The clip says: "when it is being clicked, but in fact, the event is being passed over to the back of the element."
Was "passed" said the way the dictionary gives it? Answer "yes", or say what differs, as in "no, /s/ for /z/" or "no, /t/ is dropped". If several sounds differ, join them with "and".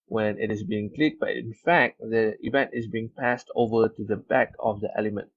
yes